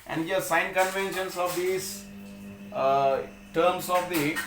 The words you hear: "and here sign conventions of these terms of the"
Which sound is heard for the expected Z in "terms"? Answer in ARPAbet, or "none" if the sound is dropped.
S